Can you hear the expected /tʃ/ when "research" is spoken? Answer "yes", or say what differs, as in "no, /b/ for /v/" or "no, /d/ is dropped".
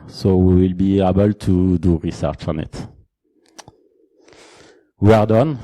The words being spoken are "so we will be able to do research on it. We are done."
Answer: yes